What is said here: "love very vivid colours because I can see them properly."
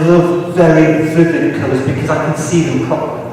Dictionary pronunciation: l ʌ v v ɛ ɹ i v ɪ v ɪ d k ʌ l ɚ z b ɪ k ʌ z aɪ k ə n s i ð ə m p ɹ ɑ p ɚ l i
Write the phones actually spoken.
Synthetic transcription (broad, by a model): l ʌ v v ɛ ɹ i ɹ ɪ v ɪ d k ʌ ʊ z b ɪ k ʌ z aɪ k ə n s i ð ə m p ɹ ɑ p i